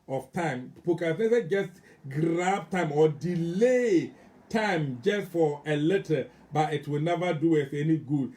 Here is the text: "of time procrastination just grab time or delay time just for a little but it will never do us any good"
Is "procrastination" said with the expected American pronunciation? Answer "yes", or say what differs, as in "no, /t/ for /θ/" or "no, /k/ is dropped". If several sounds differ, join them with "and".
no, /ɹ/ is dropped and /s/ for /ʃ/